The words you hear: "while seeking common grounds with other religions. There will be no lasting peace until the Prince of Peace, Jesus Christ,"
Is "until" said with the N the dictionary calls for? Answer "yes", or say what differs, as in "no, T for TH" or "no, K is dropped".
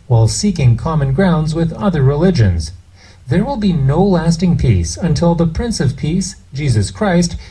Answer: yes